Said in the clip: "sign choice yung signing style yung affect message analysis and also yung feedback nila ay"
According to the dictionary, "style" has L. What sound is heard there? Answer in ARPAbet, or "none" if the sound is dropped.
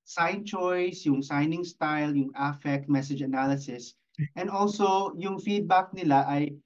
L